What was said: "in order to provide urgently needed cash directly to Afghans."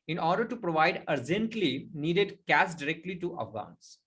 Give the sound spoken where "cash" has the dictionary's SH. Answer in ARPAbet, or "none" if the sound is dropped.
S